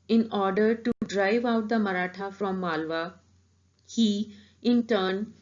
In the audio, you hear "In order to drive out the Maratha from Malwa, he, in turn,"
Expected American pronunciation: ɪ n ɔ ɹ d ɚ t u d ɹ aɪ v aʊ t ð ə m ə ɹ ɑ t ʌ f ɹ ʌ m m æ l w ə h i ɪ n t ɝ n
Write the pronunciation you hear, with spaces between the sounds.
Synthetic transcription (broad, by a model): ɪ n ɔ ɹ d ɚ t u d ɹ aɪ v aʊ t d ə m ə ɹ ɑ t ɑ f ɹ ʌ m m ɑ l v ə h i ɪ n t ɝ n